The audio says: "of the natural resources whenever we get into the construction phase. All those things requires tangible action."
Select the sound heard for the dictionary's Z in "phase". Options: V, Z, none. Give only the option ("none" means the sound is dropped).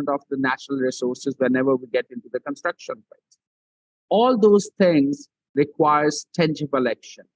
none